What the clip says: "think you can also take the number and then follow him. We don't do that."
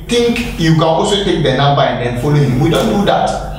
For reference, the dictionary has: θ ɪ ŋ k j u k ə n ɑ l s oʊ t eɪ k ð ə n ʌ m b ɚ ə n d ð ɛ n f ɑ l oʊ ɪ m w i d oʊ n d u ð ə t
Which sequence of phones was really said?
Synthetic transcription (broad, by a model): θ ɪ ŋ k j u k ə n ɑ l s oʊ t eɪ k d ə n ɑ b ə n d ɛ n f ɑ l oʊ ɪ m w i d oʊ n d u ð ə t